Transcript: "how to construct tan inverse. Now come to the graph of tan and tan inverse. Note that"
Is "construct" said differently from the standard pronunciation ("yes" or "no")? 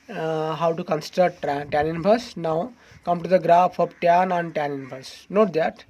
yes